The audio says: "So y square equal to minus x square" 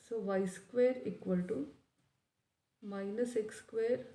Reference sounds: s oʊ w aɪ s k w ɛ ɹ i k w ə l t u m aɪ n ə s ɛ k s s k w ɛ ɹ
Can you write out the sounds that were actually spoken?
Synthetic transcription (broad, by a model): s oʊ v aɪ s k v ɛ ɹ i k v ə l t u m aɪ n ə s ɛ k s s k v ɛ ɹ